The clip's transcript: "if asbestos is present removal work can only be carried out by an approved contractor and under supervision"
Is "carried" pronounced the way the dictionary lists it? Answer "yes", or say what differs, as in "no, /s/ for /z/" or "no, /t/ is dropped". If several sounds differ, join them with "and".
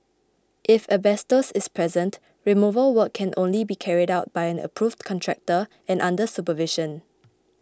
yes